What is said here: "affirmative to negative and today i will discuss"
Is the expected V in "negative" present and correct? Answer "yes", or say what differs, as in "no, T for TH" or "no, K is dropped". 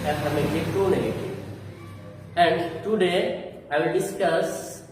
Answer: no, V is dropped